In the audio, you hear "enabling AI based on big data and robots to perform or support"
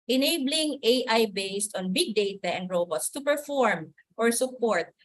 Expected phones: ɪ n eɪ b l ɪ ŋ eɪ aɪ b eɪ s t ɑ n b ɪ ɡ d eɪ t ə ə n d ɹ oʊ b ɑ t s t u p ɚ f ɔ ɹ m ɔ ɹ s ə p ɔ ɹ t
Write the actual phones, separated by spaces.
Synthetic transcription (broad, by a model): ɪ n eɪ b l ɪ ŋ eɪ aɪ b eɪ s t ɑ n b ɪ ɡ d eɪ t ə ə n d ɹ oʊ b ɑ t s t u p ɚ f ɔ ɹ m ɔ ɹ s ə p ɔ ɹ t